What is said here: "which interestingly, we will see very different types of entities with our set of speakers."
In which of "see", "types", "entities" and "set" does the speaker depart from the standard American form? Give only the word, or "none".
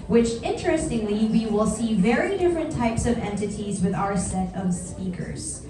none